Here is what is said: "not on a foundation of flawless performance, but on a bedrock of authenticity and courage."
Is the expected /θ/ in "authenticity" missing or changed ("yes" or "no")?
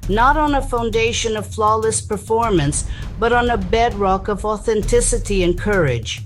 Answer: no